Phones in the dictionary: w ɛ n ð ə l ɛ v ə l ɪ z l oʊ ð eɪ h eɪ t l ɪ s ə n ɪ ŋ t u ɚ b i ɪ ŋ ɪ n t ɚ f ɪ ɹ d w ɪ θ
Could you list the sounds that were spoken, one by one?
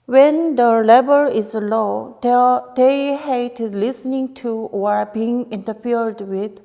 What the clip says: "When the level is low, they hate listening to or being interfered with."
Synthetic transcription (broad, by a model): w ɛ n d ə l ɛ b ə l ɪ z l oʊ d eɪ h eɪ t l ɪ s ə n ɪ ŋ t u ɚ b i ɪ ŋ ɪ n t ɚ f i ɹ d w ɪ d